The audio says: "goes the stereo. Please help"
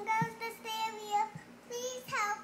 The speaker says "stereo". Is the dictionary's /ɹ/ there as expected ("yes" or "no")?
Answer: no